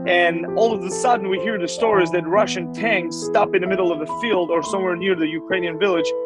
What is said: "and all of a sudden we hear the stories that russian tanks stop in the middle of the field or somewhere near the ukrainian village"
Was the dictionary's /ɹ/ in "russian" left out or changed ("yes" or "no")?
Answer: no